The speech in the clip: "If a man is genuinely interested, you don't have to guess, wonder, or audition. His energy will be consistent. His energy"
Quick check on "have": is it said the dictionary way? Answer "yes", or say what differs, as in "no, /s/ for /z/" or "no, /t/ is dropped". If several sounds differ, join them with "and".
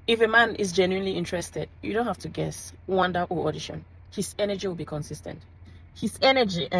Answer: no, /f/ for /v/